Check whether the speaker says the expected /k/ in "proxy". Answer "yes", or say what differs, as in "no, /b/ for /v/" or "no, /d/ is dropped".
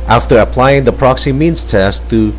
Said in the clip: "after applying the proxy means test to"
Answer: yes